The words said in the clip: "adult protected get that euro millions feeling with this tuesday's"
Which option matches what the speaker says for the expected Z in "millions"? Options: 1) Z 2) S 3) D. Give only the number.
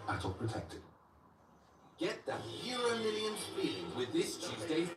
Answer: 2